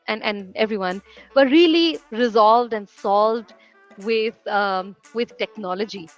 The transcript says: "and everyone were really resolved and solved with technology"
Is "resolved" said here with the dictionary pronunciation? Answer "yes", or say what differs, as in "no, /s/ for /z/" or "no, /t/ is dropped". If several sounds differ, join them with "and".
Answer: yes